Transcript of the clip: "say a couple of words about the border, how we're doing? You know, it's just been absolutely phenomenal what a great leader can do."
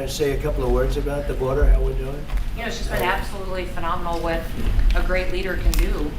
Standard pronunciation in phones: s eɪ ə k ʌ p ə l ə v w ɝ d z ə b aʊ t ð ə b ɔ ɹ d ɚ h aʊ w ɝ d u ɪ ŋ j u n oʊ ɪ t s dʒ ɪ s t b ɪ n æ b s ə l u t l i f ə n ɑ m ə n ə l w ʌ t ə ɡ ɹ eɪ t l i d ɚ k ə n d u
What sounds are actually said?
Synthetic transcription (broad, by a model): s eɪ ə k ʌ p l ə v w ɝ d z ə b aʊ t ð ə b ɔ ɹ d ɚ h aʊ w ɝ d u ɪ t j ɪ n oʊ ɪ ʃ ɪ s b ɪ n æ b s ə l u t l i f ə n ɑ m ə n l w ʌ t ə ɡ ɹ eɪ t l i d ɚ k ə n d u